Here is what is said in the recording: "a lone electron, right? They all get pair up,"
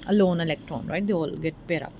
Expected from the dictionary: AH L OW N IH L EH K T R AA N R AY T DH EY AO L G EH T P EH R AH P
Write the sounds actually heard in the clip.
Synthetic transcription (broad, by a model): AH L OW N IH L EH K T R AA N R AY T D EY AO L G EH T P EH R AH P